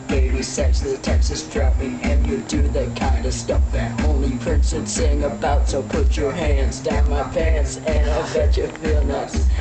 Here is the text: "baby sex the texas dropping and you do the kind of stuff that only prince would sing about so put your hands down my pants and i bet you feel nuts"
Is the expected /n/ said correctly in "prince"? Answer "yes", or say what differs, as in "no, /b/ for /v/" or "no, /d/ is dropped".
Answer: yes